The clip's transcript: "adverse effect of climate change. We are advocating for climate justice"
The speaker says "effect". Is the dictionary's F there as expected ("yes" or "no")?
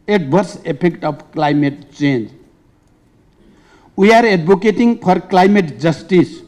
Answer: no